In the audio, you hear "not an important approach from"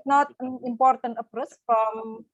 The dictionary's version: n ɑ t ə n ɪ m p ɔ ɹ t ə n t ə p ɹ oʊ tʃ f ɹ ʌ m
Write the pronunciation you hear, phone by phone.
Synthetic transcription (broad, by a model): n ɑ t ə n ɪ m p ɔ ɹ t ə n t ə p ɹ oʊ s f ɹ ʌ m